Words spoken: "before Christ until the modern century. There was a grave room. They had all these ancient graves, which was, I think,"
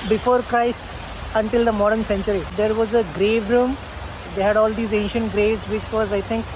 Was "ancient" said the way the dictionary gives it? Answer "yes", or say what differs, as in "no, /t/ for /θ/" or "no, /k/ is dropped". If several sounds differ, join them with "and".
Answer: yes